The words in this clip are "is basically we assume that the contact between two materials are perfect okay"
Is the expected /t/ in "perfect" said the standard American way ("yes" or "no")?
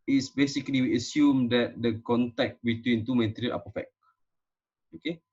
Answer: no